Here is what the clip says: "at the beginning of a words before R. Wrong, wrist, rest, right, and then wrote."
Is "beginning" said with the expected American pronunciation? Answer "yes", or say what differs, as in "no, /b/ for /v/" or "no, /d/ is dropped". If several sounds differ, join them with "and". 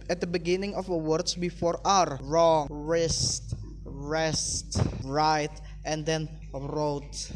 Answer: yes